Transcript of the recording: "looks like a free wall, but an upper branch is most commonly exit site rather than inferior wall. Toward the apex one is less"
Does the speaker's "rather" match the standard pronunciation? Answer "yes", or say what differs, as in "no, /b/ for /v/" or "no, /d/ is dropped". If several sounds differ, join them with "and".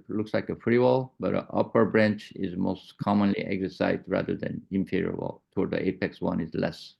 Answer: yes